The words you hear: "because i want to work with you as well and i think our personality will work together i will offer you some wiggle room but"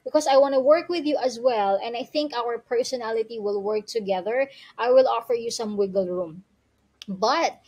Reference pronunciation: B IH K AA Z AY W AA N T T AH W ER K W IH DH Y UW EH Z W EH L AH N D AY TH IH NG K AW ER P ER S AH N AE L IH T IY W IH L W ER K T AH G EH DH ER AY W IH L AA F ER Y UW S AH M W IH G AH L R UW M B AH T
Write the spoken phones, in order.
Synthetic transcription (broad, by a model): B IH K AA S AY W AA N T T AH W ER K W IH DH Y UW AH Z W EH L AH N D AY TH IH NG K AW ER P ER S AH N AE L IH T IY W IH L W ER K T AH G EH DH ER AY W IH L AA F ER Y UW S AH M W IH G AH L R UW M B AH T